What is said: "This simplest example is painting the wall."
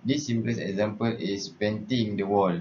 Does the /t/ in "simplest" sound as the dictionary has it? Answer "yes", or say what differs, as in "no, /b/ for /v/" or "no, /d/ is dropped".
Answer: no, /t/ is dropped